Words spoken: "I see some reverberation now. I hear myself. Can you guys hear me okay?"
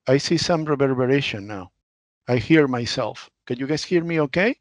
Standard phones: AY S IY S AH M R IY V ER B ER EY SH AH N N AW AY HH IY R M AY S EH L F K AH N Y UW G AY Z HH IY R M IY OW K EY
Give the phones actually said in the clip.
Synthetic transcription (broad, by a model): AY S IY S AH M R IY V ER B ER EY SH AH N N AW AY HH IY R M AY S EH L F K AH N Y UW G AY S HH IY R M IY OW K EY